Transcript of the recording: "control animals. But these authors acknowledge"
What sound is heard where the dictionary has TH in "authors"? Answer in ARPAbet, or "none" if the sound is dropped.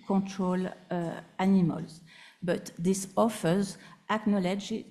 F